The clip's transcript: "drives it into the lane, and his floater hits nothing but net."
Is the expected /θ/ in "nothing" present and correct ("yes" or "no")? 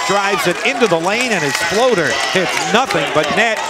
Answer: yes